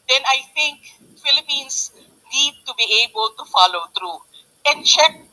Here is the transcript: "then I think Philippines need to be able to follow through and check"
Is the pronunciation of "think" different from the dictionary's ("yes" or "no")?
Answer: yes